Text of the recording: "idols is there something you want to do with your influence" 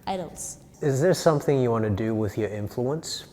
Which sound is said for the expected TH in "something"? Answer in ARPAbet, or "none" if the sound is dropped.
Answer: TH